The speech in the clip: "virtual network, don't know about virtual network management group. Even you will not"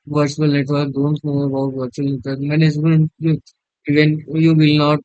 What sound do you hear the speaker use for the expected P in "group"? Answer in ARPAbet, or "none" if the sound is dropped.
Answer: none